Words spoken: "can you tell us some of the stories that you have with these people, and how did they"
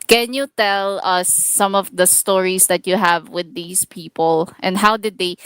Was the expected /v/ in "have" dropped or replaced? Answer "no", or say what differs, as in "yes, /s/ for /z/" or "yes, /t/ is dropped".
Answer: no